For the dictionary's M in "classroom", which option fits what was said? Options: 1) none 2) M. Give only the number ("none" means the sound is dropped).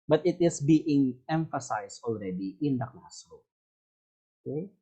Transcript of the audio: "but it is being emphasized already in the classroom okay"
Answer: 1